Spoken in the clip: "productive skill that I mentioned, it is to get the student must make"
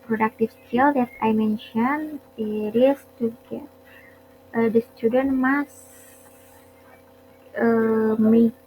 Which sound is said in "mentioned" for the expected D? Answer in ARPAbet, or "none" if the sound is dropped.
none